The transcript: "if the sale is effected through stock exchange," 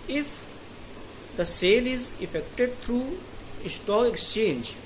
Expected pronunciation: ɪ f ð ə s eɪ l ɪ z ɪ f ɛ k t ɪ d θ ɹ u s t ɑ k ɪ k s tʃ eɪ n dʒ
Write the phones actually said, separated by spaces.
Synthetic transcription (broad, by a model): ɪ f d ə s eɪ l ɪ z ɪ f ɛ k t ɪ d t ɹ u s t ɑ ɪ k s tʃ eɪ n dʒ